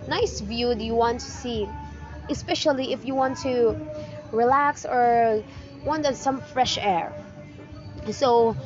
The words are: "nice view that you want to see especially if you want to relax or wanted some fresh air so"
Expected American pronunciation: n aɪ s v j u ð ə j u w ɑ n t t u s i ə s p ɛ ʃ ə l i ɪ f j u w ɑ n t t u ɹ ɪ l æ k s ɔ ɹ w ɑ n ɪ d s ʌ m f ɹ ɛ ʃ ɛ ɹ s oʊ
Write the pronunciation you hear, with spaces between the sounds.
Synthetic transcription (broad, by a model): n aɪ s v j u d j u w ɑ n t t u s i ə s p ɛ ʃ ə l i ɪ f j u w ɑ n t t u ɹ ɪ l æ k s ɔ ɹ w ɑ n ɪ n s ʌ m f ɹ ɛ ʃ ɛ ɹ s oʊ